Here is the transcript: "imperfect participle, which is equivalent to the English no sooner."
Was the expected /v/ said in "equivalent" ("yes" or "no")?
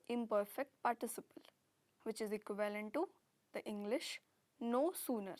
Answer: yes